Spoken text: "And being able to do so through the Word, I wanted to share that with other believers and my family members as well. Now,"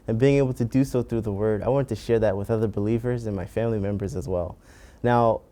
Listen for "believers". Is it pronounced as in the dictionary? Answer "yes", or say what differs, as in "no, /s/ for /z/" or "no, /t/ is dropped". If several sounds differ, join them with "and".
yes